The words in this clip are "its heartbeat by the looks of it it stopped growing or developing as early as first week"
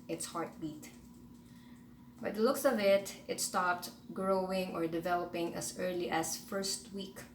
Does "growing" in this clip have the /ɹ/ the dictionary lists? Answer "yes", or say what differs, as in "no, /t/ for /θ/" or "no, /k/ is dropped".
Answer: yes